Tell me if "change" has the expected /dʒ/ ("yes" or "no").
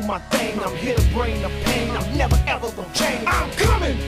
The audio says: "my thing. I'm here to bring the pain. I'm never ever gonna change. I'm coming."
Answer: no